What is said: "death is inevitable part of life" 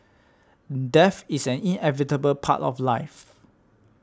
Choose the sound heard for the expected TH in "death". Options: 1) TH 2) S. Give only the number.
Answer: 2